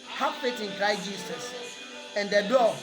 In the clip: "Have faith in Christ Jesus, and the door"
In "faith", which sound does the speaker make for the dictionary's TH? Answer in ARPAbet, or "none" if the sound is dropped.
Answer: T